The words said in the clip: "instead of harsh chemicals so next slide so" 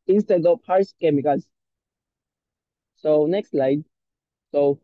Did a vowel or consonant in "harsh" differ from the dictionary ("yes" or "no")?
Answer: yes